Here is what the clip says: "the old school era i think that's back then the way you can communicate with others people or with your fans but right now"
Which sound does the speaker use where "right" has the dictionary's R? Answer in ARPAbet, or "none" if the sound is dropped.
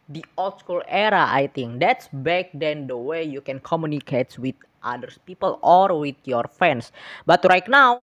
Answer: R